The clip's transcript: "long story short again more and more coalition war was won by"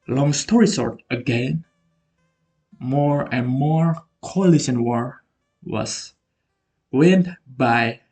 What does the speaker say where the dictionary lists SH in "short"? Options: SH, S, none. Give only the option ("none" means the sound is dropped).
S